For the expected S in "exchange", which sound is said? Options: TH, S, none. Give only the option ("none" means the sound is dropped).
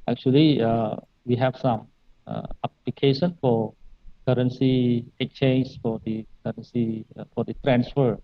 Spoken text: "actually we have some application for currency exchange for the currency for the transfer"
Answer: none